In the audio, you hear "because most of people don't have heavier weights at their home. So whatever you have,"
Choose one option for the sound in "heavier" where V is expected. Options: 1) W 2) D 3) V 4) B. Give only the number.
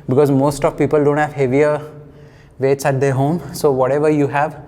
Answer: 3